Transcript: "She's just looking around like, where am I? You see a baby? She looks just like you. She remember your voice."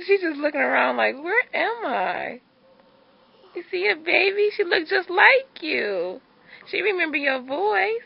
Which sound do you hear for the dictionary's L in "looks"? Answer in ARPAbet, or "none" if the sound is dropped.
L